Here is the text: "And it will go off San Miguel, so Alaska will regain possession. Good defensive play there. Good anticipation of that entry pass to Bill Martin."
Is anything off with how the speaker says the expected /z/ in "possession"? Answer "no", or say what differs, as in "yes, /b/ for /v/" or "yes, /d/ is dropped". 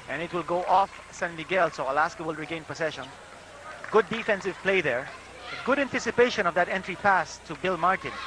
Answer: yes, /s/ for /z/